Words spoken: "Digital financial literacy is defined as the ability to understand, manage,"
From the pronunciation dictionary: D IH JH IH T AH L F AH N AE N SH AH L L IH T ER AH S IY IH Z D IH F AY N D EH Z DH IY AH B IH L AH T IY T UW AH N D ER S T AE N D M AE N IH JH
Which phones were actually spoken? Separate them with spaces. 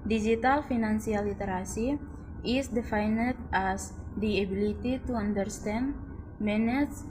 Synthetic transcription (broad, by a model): D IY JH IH T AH L F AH N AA N S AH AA L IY T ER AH S IY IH S D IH F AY N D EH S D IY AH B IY L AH T IY T UW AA N D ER S T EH N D M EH N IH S